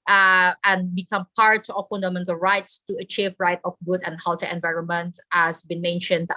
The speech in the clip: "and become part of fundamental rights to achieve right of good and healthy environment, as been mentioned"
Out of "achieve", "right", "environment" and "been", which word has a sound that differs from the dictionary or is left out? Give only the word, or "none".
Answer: none